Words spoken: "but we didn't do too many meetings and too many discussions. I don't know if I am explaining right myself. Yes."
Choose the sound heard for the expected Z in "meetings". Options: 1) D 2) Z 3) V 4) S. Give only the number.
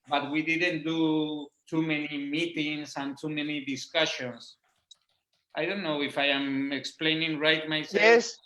4